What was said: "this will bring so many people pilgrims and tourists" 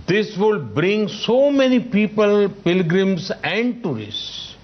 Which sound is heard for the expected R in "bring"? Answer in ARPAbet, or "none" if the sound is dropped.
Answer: R